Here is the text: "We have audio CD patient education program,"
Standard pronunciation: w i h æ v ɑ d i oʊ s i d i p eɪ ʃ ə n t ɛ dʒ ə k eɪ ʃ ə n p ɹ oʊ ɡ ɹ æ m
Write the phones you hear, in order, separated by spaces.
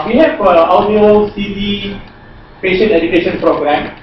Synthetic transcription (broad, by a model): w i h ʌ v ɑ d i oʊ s i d i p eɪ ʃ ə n ɛ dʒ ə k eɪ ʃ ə n p ɹ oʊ ɡ ɹ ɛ m